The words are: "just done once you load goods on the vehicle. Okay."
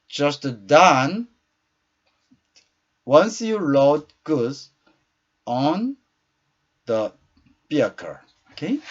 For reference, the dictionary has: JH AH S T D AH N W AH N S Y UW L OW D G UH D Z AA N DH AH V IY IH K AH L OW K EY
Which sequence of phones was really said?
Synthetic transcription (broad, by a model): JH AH S T D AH N W AH N S Y UW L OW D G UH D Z AA N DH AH B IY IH K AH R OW K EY